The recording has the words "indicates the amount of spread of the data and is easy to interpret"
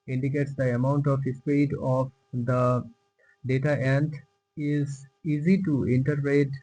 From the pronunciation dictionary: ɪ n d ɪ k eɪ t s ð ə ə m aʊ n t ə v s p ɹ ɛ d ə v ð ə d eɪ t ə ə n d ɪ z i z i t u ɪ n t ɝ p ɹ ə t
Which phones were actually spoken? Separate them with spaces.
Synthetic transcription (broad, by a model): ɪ n d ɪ k eɪ t s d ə ə m aʊ n t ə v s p ɛ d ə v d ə d eɪ t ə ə n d ɪ z i z i t u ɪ n t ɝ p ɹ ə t